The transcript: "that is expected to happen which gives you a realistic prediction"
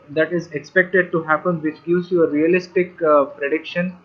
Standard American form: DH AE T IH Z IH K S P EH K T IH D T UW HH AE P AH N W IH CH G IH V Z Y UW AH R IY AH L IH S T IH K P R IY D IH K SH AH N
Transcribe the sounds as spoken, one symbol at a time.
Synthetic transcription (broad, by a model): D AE T IH Z IH K S P EH K T IH D T UW HH AE P AH N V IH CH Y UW Z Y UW AH R IY AH L IH S T IH K P R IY D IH K SH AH N